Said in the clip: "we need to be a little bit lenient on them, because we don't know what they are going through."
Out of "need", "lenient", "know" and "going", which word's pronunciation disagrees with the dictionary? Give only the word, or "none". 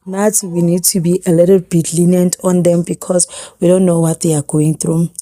none